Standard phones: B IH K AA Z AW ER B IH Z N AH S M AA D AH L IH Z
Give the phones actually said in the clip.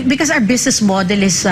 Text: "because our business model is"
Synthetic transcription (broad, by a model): B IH K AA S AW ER B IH S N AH S M AA D AH L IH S